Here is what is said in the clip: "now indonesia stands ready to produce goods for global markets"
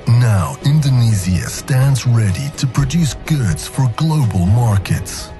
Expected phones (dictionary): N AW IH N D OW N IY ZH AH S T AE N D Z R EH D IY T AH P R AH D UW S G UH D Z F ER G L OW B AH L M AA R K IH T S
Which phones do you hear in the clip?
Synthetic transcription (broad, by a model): N AW IH N D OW N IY Z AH S T AE N D Z R EH D IY T AH P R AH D UW S G UH D Z F ER G L OW B AH L M AA R K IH T S